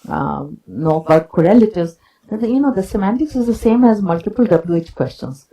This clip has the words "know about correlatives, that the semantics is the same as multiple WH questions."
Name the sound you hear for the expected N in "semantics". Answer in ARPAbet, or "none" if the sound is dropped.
N